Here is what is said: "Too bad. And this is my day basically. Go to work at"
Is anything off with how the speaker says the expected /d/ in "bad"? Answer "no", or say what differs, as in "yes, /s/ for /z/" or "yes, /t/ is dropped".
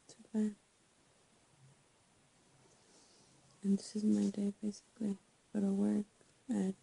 yes, /d/ is dropped